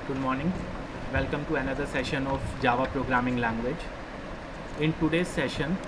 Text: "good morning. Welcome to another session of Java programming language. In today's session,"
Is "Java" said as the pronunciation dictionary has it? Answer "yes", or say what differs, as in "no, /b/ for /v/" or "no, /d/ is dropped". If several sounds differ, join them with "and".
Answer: yes